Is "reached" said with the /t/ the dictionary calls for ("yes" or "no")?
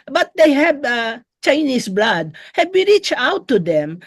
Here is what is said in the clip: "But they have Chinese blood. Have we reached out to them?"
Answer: no